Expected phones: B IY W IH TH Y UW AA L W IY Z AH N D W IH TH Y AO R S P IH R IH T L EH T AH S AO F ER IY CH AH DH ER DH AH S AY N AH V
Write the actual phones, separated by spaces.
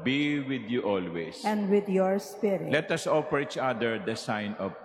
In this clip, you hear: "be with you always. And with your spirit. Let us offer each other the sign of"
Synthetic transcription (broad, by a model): B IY W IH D Y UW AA L W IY S AH N D W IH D Y AO R S P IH R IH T L EH T AH S AO F ER IY CH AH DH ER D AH S AY N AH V